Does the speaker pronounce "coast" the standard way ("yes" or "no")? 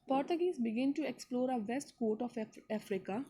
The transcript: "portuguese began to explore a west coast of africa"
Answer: no